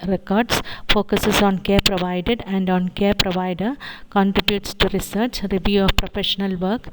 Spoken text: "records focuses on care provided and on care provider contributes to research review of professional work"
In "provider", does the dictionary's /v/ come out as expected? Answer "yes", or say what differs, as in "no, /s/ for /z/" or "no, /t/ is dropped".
yes